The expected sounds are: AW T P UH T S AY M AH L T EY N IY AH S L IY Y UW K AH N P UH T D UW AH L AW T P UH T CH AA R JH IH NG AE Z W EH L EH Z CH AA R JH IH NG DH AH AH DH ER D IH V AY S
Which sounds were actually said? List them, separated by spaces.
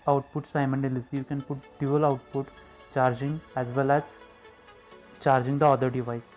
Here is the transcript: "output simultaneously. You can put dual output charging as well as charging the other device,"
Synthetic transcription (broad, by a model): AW T P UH T S AY M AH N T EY L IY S IY Y UW K AH N P UH T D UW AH L AW T P UH T CH AA R JH IH NG AE Z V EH L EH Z CH AA R JH IH NG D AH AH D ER D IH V AY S